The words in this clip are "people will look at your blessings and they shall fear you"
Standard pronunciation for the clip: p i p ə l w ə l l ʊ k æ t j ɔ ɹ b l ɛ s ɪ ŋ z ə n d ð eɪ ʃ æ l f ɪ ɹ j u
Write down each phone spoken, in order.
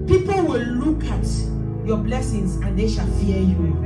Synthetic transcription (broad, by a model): p i p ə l w ə l l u k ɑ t j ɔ b l ɛ s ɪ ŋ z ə n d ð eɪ ʃ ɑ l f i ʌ j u